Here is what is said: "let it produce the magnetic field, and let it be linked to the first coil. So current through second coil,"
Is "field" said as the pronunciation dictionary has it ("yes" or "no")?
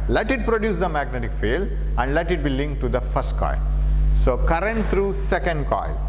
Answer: no